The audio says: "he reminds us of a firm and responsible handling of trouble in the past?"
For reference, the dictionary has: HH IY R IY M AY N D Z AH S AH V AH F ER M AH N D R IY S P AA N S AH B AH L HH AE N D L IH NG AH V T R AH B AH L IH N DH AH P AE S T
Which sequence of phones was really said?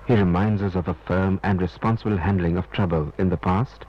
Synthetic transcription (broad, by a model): HH IY R IY M AY N D Z AH S AH V AH F ER M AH N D R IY S P AA N S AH B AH L HH AE N D L IH NG AH V T R AH B AH L IH N DH AH P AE S T